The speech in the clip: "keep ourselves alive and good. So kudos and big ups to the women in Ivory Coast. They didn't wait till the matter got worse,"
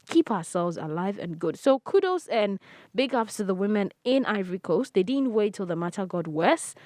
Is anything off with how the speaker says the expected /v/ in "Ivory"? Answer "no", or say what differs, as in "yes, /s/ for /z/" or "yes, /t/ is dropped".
no